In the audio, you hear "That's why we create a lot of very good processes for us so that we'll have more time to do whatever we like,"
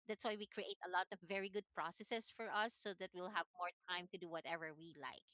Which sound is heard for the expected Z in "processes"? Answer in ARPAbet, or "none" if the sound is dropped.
S